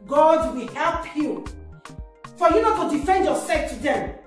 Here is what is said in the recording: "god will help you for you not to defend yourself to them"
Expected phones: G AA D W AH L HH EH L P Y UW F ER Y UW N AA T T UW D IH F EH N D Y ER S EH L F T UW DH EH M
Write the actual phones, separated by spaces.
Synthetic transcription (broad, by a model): G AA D W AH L HH EH L P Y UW F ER Y UW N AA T T UW D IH F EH N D Y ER S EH F T UW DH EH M